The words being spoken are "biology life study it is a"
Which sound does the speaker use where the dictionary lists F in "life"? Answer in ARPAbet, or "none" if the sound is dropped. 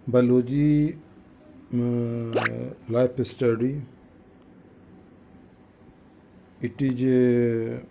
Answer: P